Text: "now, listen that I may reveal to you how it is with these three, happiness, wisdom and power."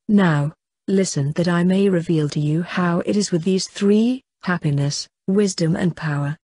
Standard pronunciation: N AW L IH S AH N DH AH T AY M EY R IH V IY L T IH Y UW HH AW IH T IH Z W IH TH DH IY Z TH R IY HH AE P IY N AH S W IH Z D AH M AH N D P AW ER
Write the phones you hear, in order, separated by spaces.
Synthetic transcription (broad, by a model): N AW L IH S AH N DH AH T AY M EY R IH V IY L T IH Y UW HH AW IH T IH Z W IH DH IY Z TH R IY HH AE P IY N AH S W IH Z D AH M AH N P AW ER